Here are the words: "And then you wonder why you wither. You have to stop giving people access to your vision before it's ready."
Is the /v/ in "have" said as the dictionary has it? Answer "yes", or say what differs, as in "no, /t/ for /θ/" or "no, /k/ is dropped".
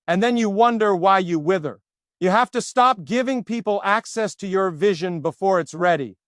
no, /f/ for /v/